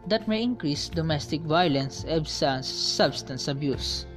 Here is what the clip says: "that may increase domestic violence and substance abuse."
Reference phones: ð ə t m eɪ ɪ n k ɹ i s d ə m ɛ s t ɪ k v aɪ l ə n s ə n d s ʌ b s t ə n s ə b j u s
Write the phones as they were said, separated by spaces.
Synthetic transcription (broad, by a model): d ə t m eɪ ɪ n k ɹ i s d ə m ɛ s t ɪ k v aɪ l ə n s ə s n s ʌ b s t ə n s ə b j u s